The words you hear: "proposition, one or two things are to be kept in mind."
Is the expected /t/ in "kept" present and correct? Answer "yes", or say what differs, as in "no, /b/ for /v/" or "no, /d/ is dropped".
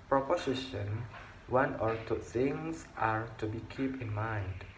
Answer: no, /t/ is dropped